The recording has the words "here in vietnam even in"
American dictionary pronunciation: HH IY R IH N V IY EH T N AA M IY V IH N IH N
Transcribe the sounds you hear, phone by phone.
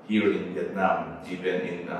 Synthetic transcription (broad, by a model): HH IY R IH N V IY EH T N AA M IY P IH N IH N